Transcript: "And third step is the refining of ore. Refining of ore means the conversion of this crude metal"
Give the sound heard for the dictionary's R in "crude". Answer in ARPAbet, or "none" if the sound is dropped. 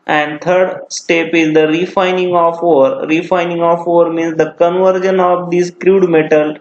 R